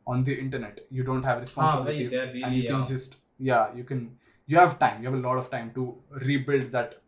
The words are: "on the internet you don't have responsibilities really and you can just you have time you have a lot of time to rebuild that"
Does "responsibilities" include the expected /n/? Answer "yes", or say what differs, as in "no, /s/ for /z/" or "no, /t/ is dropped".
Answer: no, /n/ is dropped